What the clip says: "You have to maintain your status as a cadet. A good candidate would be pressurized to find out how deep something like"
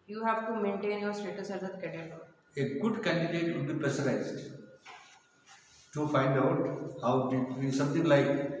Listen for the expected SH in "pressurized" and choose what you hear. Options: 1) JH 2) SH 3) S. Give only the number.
3